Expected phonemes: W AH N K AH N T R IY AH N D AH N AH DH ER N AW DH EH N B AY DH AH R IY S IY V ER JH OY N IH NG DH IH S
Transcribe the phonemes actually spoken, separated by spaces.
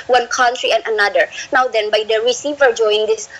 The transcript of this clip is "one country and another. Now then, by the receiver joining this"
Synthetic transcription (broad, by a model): W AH N K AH N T R IY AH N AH N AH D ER N AW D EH N B AY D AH R IY S IY V ER JH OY IH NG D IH S